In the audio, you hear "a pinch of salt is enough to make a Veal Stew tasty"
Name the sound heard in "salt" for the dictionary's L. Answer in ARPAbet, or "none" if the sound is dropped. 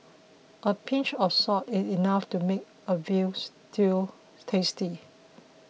none